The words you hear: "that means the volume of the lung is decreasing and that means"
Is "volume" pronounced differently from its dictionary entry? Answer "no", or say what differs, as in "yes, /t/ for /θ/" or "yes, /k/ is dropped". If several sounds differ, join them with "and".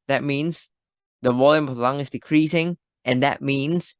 yes, /w/ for /v/